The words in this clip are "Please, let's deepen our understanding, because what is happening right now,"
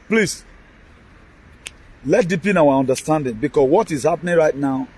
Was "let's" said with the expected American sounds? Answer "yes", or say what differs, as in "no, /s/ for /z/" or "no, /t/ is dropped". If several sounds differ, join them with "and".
no, /s/ is dropped